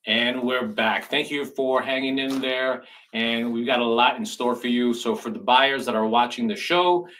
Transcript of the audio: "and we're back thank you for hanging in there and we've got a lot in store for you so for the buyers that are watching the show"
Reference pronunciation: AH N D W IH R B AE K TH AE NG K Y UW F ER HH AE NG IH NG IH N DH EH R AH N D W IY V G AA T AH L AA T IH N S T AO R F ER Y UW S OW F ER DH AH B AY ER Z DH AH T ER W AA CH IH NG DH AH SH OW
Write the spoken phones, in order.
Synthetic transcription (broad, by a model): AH N W IH R B AE K TH AE NG K Y UW F ER HH AE NG IH NG IH N DH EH R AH N W IY V G AA T AH L AA T IH N S T AO R F ER Y UW S OW F ER DH AH B AY ER Z DH AH T ER W AA CH IH NG DH AH SH OW